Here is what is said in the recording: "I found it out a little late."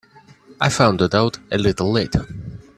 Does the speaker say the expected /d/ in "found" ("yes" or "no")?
yes